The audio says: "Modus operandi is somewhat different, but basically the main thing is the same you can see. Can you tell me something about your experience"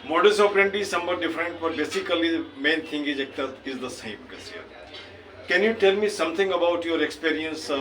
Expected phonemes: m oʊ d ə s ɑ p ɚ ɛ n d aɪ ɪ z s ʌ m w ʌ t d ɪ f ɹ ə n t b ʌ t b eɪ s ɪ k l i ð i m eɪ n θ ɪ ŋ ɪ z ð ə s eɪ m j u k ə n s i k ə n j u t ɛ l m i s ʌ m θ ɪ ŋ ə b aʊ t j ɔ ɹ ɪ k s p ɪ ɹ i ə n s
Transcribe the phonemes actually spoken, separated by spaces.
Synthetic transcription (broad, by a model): m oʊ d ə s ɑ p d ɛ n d ɪ z s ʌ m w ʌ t d ɪ f ɹ ə n t b ʌ t b eɪ s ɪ k i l i m eɪ n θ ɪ ŋ ɪ z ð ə s eɪ m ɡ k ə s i k ə n j u t ɛ l m i s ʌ m t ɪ ŋ ə b aʊ t j ɔ ɹ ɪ k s p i ɹ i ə n s